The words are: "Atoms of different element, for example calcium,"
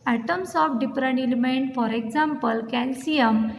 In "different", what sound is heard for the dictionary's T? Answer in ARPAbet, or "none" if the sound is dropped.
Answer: none